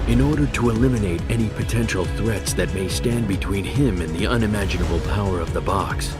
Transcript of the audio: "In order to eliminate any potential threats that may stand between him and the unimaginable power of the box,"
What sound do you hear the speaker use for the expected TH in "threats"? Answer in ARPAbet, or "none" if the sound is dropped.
TH